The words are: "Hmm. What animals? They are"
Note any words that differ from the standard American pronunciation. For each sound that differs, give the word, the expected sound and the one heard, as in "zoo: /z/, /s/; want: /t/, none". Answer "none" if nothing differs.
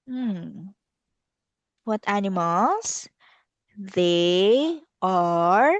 animals: /z/, /s/